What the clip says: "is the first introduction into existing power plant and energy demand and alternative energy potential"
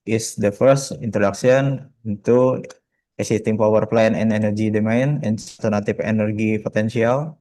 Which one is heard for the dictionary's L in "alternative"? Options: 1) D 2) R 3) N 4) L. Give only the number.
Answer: 3